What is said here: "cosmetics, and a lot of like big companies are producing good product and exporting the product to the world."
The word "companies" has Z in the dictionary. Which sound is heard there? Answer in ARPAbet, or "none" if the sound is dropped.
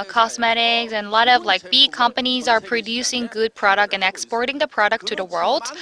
Z